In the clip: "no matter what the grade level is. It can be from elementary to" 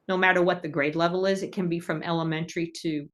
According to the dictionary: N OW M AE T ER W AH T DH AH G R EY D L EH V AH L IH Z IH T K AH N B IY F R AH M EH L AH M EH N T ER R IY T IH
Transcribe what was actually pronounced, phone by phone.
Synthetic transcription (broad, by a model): N OW M AE T ER W AH T DH AH G R EY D L EH V L IH Z IH T K AH N B IY F R AH M EH L AH M EH N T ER R IY T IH